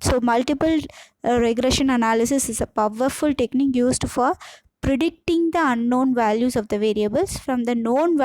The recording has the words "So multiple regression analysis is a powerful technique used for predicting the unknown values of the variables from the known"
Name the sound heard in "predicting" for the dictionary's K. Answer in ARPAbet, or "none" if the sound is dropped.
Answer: K